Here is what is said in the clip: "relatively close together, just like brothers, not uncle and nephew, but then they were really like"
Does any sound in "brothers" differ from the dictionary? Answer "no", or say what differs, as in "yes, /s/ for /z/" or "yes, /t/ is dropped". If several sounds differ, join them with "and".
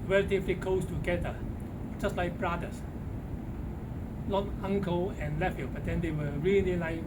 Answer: yes, /s/ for /z/